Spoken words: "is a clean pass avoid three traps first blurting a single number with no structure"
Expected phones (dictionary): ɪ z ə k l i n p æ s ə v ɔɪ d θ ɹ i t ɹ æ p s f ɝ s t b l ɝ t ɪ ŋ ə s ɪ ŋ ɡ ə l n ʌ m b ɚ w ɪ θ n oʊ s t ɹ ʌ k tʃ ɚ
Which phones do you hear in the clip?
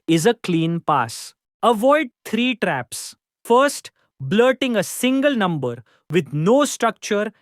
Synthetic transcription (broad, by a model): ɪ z ə k l i n p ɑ s ə v ɔɪ d t ɹ i t ɹ æ p s f ɝ s t b l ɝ t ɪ ŋ ə s ɪ ŋ ɡ ə l n ʌ m b ɚ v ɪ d n oʊ s t ɹ ʌ k tʃ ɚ